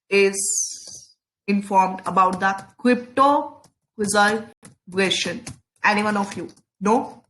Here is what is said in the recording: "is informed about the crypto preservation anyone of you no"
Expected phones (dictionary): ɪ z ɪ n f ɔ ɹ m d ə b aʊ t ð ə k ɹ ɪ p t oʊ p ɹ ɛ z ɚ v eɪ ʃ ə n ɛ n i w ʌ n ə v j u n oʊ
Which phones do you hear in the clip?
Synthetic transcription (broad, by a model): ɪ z ɪ n f ɔ ɹ m d ə b aʊ t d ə k ɹ ɪ p t oʊ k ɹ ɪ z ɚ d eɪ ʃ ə n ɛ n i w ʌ n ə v j u n oʊ